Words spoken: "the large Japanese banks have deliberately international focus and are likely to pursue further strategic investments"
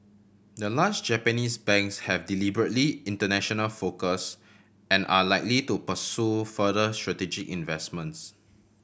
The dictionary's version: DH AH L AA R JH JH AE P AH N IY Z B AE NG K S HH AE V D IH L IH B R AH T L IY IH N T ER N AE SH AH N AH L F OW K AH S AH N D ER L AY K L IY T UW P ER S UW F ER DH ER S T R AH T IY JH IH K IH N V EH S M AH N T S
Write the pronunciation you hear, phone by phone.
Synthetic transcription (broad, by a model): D AH L AA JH JH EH P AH N IY S B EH NG K S HH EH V D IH L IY B R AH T L IY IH N T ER N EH SH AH N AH L F OW K AH S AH N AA L AY K L IY T UW P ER S UW F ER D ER S T R AH T IY JH IH K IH N V EH S M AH N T S